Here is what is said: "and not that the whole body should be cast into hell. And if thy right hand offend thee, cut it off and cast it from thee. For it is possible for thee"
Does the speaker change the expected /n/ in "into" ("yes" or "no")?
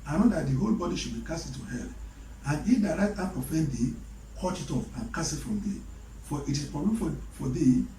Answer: yes